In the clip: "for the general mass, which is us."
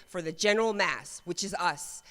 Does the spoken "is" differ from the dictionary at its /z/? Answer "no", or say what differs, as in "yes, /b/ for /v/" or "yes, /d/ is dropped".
no